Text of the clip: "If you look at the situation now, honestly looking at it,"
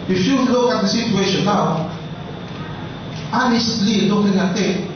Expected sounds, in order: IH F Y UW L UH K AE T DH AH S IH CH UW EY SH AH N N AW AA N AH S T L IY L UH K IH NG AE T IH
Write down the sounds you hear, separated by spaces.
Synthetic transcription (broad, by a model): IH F Y UW L UH K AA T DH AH S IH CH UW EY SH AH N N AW AA N AH S T L IY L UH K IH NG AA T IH